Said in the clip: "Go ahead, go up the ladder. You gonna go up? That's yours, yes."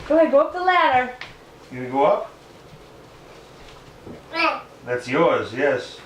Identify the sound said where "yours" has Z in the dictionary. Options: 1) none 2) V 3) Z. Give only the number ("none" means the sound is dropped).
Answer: 3